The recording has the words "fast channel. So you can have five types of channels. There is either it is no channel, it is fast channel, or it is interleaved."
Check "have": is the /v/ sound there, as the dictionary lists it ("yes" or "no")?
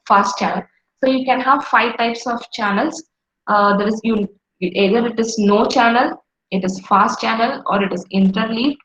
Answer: yes